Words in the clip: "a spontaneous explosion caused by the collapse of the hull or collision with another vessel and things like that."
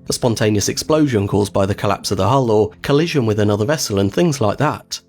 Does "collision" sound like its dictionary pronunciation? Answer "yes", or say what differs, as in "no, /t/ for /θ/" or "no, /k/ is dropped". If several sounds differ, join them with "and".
yes